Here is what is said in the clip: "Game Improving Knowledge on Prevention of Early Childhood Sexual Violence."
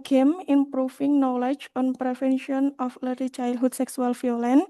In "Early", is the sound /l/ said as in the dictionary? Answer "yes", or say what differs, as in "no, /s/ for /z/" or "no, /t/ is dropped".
no, /l/ is dropped